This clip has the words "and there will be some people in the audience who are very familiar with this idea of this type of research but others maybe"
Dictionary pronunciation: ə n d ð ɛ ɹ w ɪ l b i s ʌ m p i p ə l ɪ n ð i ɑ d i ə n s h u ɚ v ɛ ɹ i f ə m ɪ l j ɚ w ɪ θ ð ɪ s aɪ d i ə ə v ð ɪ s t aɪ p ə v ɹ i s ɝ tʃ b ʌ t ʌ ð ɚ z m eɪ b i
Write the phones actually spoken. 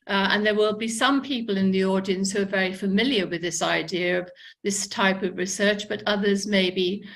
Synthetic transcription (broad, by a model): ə n ð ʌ ɹ w ɪ l b i s ʌ m p i p ə l ɪ n ð i ɑ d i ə n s h u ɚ v ɛ ɹ i f ə m ɪ l j ɚ w ɪ ð ɪ s aɪ d i ə ə v ð ɪ s t aɪ p ə v ɹ i s ɝ tʃ b ʌ t ʌ ð ɚ z m eɪ b i